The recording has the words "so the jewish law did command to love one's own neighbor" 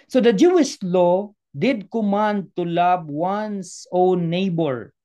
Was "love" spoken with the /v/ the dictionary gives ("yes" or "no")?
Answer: no